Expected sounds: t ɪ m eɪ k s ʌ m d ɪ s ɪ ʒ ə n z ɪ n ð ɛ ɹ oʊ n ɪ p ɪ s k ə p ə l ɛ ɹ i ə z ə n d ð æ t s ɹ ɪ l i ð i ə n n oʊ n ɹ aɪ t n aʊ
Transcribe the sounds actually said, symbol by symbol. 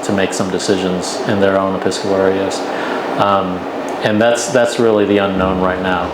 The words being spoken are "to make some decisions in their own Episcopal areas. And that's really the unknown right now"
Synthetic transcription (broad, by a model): t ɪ m eɪ k s ʌ m d ɪ s ɪ ʒ ə n z ɪ n ð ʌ ɹ oʊ n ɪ p ɪ s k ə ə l ɛ ɹ i ə z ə n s ð æ t s ɹ ɪ l i ð i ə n n oʊ n ɹ aɪ t n aʊ